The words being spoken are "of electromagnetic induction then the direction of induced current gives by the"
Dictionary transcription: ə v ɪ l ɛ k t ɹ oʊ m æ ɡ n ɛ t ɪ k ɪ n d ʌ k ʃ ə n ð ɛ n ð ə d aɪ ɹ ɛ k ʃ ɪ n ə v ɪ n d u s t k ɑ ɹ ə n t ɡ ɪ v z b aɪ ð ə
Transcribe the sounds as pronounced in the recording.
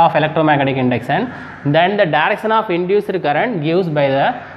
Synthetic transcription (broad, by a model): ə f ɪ l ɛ k t ɹ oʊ m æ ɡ ɛ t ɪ k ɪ n d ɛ k s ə n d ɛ n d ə d aɪ ɹ ɛ k ʃ ɪ n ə f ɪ n d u s t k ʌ ɹ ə n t ɡ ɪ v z b aɪ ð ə